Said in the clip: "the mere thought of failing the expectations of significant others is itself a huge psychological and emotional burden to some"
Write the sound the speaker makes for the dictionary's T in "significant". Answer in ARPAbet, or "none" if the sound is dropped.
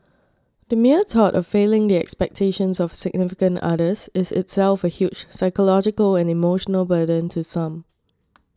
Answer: T